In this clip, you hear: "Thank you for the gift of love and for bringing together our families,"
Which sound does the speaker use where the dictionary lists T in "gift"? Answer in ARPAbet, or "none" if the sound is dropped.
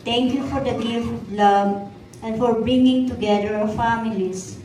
none